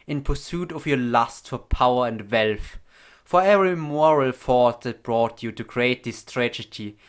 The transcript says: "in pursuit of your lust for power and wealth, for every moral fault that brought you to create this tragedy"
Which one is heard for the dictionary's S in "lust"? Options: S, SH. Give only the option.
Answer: S